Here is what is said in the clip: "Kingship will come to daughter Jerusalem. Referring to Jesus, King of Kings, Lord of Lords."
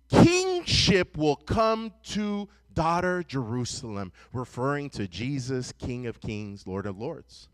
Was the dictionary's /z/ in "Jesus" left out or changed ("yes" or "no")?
no